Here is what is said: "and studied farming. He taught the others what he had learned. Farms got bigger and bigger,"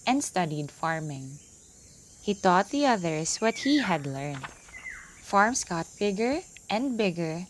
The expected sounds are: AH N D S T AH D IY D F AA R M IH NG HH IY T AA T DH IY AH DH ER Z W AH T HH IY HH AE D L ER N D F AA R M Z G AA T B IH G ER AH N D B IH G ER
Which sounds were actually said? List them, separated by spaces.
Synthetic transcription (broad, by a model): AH N D S T AH D IY D F AA R M IH NG HH IY T AA T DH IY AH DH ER S W AH T HH IY HH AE D L ER N D F AA R M S G AA T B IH G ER AH N D B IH G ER